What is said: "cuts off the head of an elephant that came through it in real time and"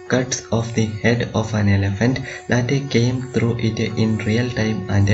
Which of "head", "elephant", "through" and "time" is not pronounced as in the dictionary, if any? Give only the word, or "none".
through